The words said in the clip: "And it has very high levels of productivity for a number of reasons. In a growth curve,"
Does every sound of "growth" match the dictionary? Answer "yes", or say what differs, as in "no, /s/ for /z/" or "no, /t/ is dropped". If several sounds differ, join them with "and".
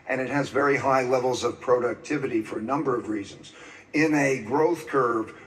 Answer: yes